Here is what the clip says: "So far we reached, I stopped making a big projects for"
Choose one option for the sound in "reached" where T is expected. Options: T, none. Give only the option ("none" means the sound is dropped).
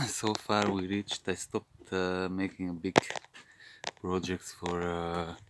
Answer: T